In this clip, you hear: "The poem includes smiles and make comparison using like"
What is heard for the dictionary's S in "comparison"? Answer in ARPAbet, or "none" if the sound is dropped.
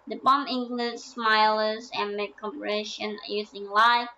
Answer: SH